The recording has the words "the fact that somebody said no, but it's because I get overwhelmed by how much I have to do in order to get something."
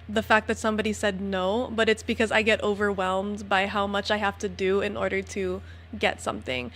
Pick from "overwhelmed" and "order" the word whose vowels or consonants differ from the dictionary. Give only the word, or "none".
none